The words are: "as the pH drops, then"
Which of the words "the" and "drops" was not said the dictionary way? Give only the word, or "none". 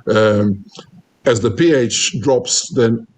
none